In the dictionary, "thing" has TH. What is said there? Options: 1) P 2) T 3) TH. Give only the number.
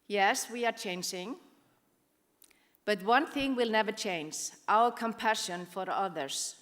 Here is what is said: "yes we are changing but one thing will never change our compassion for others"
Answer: 3